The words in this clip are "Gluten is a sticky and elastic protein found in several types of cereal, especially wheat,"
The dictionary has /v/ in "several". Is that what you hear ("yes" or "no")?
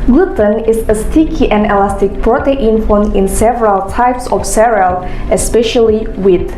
yes